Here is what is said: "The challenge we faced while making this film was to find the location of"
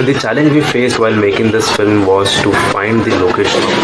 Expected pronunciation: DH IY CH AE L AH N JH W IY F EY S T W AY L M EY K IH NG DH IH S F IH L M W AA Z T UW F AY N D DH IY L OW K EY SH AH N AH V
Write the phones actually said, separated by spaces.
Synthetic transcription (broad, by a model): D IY CH AE L AH N JH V IY F EY S T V AY L M EY K IH NG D IH S F IH L M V AA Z T UW F AY N D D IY L OW K EY SH AH N